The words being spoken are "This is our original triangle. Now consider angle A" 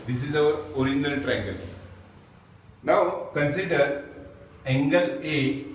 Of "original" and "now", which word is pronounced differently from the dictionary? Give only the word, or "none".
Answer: original